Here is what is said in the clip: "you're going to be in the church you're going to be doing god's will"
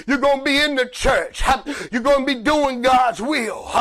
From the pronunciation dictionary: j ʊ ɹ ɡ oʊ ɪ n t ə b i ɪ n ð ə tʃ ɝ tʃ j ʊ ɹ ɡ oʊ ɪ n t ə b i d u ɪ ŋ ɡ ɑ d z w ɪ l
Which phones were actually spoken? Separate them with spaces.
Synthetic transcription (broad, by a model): j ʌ ɹ ɡ oʊ ɪ n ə b i ɪ n ð ə tʃ ɝ tʃ j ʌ ɹ ɡ oʊ ɪ n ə b i d u ɪ ŋ ɡ ɑ d z w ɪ l